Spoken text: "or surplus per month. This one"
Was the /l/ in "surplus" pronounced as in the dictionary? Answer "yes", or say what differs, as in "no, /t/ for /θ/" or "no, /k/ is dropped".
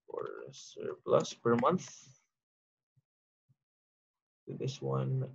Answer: yes